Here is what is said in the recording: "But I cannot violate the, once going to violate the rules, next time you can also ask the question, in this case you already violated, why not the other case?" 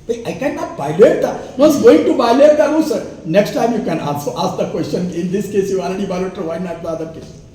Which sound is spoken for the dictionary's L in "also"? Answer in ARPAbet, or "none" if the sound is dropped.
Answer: N